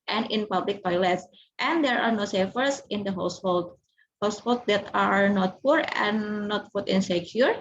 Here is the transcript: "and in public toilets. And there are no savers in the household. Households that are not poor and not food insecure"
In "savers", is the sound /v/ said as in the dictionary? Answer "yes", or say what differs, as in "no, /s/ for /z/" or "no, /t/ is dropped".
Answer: no, /f/ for /v/